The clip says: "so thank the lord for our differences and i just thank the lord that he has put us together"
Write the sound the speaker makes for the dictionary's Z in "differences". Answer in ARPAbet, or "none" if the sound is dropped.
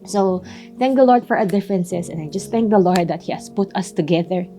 S